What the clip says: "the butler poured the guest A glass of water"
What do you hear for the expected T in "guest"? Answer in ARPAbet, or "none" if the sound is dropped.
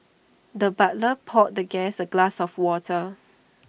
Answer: none